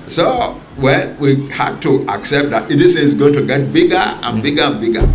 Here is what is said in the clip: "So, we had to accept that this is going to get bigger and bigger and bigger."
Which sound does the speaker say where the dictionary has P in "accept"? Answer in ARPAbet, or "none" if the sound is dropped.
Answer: P